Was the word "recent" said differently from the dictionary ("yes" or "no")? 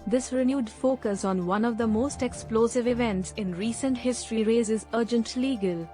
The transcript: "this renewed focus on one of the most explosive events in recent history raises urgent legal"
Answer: no